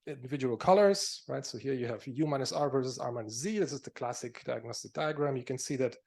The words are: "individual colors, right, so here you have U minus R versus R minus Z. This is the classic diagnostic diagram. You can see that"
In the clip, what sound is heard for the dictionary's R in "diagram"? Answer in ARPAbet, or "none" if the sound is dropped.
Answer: R